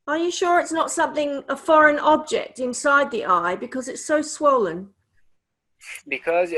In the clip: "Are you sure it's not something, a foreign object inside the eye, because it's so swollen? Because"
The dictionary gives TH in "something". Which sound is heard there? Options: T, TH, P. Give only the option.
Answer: TH